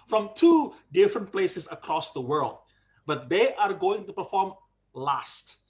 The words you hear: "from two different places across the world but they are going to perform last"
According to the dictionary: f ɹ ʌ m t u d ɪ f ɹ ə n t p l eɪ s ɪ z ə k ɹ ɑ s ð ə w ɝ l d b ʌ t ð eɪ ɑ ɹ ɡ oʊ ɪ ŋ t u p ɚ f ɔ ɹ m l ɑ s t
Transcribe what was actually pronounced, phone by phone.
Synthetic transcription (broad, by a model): f ɹ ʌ m t u d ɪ f ɹ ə n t p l eɪ s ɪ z ə k ɹ ɑ s ð ə w ɝ l d b ʌ t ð eɪ ɑ ɹ ɡ oʊ ɪ ŋ t u p ɚ f ɔ ɹ m l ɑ s t